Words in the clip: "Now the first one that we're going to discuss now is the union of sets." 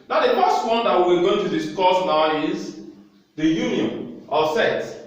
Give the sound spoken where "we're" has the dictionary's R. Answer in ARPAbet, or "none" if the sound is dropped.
W